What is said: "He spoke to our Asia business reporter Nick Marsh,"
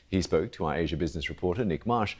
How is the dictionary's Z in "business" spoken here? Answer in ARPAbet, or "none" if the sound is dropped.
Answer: Z